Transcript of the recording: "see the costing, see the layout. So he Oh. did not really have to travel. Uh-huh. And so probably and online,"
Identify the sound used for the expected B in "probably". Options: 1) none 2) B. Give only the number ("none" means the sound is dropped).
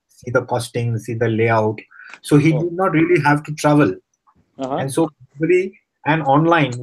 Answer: 1